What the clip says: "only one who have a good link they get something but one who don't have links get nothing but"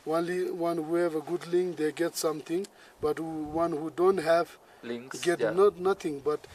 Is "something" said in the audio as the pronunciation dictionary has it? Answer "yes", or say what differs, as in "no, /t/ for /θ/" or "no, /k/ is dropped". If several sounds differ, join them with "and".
no, /t/ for /θ/